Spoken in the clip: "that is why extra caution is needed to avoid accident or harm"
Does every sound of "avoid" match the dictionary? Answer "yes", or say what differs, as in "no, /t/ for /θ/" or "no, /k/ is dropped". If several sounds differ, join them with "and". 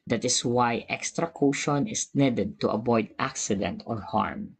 no, /b/ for /v/